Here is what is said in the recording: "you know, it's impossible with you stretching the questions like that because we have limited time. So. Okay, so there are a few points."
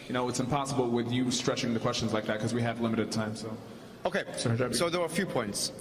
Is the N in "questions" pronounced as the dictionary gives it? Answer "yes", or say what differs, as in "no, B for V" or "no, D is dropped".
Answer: yes